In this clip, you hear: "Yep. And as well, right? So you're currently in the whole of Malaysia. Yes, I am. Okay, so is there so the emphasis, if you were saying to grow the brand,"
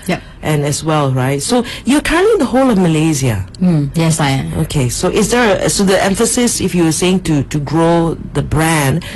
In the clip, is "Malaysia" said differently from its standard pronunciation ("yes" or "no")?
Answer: yes